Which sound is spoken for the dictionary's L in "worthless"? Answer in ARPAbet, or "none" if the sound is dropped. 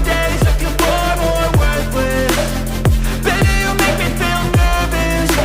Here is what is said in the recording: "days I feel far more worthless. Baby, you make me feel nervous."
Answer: W